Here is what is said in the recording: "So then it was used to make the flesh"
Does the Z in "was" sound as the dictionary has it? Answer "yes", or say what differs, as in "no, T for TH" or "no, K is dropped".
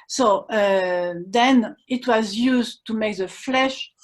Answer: yes